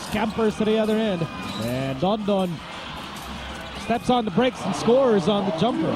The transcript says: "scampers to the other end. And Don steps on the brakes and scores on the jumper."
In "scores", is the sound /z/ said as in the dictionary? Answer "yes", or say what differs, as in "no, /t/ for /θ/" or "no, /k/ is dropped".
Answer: yes